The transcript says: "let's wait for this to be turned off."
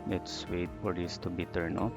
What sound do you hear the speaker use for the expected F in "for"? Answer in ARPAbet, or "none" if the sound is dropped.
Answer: P